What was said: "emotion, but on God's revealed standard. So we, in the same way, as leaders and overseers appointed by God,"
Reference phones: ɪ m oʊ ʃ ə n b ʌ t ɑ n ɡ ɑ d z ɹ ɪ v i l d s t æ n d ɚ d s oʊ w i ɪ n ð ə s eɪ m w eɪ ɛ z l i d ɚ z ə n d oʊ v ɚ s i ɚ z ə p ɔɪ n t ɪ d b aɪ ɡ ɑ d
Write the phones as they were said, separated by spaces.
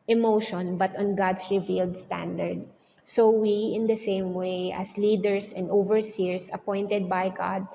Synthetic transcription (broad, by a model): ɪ m oʊ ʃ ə n b ʌ t ɑ n ɡ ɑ d s ɹ ɪ v i l d s t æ n d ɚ d s oʊ w i ɪ n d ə s eɪ m w eɪ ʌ s l i d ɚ s ə n d oʊ v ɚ s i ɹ s ə p ɔɪ n t ɪ d b aɪ ɡ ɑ d